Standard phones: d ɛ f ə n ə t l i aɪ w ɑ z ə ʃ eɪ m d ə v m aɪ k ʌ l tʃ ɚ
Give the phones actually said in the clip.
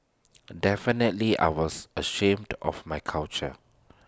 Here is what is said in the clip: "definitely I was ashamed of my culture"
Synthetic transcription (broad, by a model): d ɛ f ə n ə t l i aɪ w ɑ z ə ʃ eɪ m d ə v m aɪ k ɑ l tʃ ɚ